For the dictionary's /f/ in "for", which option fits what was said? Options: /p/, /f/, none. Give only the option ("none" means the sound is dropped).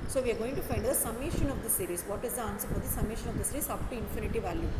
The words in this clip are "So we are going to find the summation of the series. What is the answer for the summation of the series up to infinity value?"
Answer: /p/